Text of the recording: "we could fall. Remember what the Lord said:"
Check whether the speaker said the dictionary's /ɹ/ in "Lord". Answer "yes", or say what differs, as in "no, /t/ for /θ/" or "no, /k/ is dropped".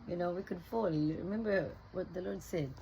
yes